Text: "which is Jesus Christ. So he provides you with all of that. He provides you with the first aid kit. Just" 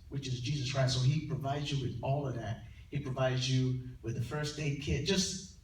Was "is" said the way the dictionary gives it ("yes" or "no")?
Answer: yes